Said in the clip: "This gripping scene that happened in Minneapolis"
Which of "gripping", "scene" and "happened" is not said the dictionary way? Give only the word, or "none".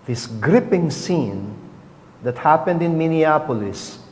none